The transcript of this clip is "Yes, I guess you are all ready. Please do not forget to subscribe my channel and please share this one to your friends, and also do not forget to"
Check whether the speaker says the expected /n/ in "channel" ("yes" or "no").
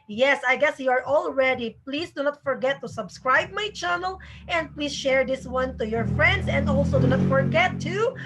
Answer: yes